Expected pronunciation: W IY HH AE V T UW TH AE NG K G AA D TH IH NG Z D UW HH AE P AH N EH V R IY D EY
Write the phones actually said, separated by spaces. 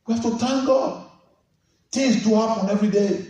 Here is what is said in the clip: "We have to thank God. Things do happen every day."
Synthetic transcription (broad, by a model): W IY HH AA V T UW T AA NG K G AA D T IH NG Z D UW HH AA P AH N EH V R IY D EY